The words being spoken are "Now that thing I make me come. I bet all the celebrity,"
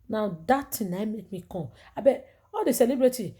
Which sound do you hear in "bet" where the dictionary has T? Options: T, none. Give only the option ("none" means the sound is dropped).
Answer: none